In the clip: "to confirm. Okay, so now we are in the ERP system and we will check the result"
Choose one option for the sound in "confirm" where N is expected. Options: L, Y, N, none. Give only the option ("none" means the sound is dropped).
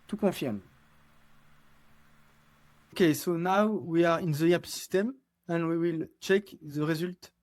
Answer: none